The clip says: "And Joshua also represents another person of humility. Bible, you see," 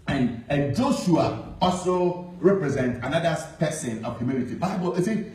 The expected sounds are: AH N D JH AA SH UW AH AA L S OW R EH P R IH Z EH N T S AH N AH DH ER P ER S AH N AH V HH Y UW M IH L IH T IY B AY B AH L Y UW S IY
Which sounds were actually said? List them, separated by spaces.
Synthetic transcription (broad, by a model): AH N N JH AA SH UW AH AA L S OW R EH P R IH Z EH N T AH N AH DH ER P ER S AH N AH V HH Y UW M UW N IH T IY B AY B AH L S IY